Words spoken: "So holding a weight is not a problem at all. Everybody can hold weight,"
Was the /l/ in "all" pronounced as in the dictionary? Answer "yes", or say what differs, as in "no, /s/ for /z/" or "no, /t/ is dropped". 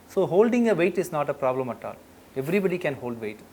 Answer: yes